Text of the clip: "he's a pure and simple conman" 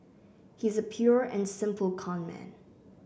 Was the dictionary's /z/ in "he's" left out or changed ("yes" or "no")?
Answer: no